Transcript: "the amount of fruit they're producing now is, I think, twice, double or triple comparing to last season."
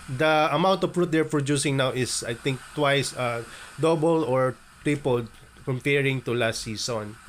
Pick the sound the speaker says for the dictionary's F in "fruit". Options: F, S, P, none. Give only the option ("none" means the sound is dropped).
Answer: P